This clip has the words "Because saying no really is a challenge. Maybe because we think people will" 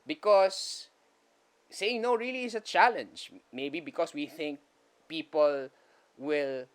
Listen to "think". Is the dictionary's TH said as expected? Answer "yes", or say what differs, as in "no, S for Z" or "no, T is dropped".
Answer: yes